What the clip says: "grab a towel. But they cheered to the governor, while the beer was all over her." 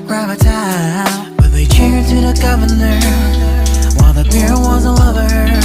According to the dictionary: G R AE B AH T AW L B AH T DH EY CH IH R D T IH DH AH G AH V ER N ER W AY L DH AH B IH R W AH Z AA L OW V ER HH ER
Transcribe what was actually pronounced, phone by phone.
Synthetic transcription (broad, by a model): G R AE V AH T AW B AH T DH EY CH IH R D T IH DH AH G AH V ER N ER W AY L DH AH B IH R W AH Z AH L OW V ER ER